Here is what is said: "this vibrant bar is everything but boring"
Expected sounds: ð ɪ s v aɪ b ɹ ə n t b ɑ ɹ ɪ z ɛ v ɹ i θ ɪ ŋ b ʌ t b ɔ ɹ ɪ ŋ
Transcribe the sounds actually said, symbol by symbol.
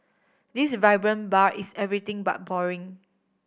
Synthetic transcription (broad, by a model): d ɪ s v aɪ b ɹ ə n b ɑ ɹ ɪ s ɛ v ɹ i t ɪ ŋ b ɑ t b ɔ ɹ ɪ ŋ